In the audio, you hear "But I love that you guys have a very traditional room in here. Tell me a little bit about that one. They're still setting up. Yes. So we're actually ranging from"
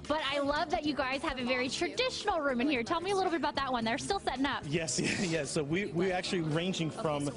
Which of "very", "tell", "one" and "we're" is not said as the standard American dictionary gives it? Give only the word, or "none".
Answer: we're